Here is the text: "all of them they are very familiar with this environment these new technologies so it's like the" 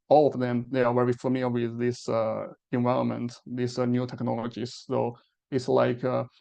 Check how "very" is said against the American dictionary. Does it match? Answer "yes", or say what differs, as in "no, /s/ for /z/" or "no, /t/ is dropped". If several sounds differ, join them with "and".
no, /w/ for /v/